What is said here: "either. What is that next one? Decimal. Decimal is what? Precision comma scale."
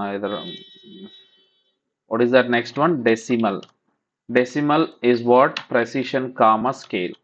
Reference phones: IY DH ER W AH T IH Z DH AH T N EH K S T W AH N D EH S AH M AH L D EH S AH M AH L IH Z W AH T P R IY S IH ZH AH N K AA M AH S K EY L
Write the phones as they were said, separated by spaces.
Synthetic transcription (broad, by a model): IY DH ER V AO T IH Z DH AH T N EH K S T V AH N D EH S AH M AH L D EH S AH M AH L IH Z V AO T P R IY S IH SH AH N K AA M AH S K EY L